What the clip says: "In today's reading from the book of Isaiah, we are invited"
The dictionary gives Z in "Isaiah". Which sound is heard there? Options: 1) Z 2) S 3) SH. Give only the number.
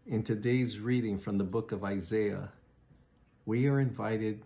1